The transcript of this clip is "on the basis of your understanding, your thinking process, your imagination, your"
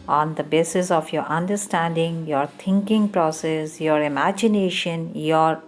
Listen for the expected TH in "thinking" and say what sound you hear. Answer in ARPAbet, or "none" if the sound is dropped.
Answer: T